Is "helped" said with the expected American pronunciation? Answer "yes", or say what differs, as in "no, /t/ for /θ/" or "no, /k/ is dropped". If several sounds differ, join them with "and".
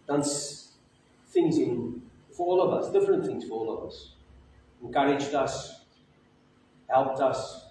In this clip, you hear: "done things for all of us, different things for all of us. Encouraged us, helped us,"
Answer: yes